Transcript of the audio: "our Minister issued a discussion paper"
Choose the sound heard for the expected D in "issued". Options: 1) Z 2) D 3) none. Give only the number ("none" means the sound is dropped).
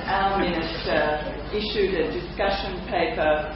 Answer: 2